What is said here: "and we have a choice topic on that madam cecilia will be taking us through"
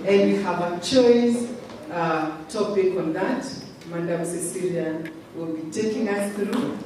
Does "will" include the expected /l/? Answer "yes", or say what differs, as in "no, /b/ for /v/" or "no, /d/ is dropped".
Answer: yes